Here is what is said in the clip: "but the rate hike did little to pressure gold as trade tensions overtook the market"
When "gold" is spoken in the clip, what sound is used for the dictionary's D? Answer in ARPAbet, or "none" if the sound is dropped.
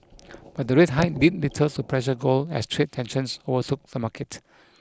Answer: none